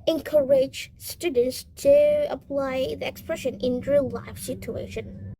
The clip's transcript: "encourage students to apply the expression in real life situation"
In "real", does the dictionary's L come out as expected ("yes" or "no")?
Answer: no